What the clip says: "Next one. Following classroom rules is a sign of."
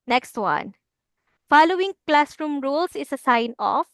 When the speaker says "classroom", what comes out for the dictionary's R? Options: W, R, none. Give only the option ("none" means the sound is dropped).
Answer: R